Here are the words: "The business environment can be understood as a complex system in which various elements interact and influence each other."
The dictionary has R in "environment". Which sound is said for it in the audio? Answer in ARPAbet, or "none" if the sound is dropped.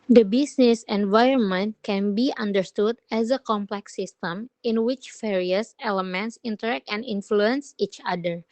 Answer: R